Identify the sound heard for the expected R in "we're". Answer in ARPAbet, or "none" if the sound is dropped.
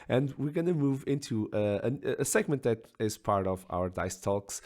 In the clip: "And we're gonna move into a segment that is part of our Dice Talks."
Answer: R